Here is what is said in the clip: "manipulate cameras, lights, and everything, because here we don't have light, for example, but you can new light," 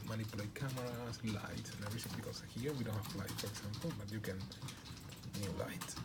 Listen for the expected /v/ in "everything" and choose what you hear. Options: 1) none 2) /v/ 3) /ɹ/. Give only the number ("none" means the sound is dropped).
1